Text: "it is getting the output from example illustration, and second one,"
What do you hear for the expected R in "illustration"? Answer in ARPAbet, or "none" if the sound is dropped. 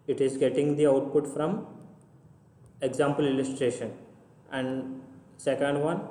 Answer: R